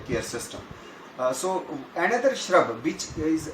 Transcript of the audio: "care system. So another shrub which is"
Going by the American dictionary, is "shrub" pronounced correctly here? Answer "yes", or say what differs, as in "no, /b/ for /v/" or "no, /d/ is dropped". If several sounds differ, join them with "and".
yes